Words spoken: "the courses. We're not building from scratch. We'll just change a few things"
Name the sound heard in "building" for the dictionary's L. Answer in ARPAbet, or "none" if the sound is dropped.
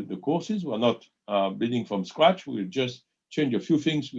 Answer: none